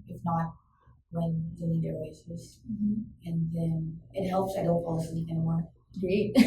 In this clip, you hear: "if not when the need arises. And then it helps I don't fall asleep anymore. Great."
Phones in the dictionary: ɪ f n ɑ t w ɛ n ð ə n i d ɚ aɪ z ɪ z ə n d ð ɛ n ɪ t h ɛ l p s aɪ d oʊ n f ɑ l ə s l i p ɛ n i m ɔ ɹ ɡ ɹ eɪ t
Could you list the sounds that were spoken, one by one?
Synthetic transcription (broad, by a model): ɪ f n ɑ t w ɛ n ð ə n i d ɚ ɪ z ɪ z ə n ð ɛ n ɪ t h ɛ l p s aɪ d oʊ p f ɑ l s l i ɛ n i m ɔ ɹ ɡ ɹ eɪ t